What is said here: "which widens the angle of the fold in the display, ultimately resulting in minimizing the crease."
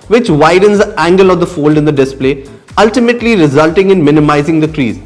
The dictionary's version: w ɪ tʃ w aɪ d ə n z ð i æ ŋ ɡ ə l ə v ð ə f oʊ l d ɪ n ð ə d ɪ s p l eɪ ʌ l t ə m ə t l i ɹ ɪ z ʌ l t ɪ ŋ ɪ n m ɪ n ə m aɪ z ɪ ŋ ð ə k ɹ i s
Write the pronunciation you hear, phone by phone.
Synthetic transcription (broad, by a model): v ɪ tʃ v aɪ d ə n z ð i æ ŋ ɡ ə l ə v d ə f oʊ l d ɪ n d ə d ɪ s p l eɪ ʌ l t ə m ə t l i ɹ ɪ z ʌ l t ɪ ŋ ɪ n m ɪ n ə m aɪ z ɪ ŋ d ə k ɹ i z